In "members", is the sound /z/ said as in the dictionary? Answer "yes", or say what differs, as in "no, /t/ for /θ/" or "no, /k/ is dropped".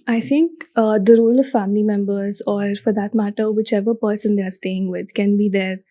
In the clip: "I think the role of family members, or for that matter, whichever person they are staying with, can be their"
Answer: yes